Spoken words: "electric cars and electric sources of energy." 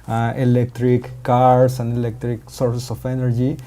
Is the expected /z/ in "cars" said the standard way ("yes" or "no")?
no